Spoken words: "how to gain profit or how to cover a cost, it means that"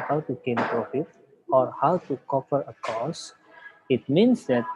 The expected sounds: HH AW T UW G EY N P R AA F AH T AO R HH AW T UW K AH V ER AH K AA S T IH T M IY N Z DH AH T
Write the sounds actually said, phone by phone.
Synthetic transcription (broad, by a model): HH AW T UW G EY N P R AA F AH T AO R HH AW T UW K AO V ER AH K AA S IH T M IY N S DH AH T